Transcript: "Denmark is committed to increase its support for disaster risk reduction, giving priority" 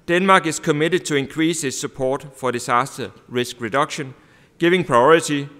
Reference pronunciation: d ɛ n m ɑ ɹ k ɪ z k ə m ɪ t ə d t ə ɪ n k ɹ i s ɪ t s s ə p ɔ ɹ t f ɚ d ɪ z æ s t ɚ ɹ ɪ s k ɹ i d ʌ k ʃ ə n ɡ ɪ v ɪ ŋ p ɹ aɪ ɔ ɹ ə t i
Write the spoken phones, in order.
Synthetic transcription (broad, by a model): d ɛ n m ɑ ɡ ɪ s k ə m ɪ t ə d s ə ɪ n k ɹ i s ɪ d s s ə p ɔ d f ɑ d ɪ s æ s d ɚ ɹ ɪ s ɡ ɹ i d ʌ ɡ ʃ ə n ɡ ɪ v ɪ ŋ p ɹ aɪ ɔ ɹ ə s i